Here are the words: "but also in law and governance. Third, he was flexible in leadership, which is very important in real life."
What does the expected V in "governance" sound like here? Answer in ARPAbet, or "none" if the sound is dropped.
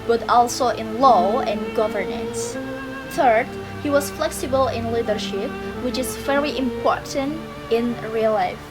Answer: V